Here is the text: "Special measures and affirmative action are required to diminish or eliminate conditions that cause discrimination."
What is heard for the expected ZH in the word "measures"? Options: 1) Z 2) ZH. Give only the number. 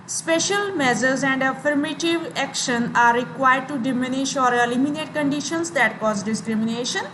1